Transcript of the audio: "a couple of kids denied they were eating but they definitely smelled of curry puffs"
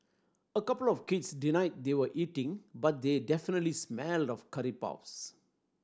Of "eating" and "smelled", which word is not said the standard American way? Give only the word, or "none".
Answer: none